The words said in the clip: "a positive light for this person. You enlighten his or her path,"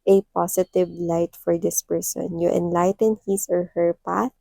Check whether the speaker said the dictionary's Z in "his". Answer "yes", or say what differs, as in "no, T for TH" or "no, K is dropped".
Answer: no, S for Z